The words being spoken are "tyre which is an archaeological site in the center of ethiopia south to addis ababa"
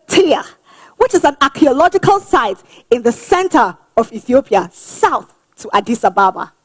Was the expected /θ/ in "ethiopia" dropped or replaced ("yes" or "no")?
no